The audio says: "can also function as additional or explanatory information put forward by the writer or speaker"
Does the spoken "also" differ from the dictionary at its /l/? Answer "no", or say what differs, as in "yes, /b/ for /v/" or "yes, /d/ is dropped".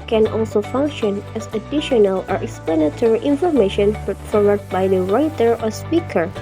no